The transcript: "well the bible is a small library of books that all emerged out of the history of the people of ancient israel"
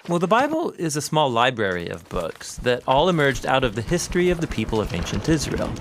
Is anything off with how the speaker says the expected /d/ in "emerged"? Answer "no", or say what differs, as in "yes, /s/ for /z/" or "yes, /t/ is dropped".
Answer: no